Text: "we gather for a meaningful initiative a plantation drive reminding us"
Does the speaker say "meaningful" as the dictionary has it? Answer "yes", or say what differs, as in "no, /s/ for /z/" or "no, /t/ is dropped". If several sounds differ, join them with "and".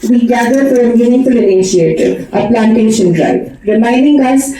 no, /ŋ/ is dropped